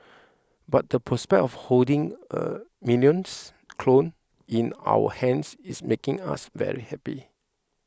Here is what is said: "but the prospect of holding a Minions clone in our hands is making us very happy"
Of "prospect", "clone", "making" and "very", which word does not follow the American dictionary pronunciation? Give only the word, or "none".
none